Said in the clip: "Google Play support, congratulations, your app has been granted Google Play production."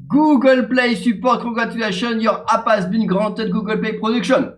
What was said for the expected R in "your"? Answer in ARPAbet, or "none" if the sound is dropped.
R